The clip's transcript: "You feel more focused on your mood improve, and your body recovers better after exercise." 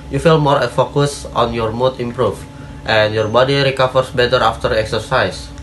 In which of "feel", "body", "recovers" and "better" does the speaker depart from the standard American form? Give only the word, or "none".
recovers